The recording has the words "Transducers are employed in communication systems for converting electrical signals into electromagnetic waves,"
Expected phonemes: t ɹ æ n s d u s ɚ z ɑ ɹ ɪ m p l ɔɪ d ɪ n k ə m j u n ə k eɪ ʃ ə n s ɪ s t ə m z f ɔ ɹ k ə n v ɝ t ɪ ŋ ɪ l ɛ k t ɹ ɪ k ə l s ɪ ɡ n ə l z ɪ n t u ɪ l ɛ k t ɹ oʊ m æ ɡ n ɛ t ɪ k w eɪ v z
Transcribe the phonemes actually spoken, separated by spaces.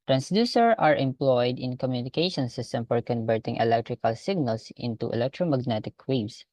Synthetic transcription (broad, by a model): t ɹ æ n s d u s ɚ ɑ ɹ ɪ m p l ɔɪ d ɪ n k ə m j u n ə k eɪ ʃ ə n s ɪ s t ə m f ɔ ɹ k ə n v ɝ t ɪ ŋ ɪ l ɛ k t ɹ ɪ k ə l s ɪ ɡ n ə l s ɪ n t u ɪ l ɛ k t ɹ oʊ m æ ɡ n ɛ t ɪ k w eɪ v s